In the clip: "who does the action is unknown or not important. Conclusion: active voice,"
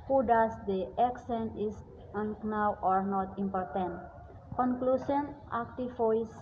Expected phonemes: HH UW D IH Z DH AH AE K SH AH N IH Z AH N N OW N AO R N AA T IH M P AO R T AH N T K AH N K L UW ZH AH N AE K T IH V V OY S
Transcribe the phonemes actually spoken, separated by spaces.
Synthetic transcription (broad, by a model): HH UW D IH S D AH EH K S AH N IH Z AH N N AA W AO R N AA T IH M P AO R T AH N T K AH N K L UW S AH N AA K T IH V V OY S